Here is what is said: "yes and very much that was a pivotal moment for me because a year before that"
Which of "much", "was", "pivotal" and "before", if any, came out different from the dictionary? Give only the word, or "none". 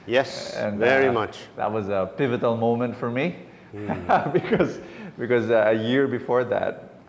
none